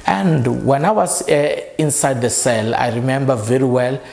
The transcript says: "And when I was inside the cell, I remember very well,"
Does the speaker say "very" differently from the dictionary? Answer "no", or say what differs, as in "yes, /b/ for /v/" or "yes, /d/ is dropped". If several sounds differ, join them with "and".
no